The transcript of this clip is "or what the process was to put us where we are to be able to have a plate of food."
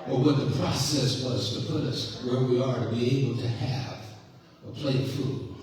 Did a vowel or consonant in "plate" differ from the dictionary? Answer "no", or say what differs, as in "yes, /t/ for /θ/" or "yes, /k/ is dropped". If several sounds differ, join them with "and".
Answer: yes, /t/ is dropped